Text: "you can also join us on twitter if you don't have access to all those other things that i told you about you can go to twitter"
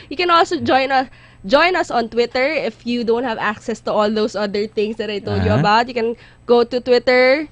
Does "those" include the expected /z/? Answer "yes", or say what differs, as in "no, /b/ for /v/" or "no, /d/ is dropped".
no, /s/ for /z/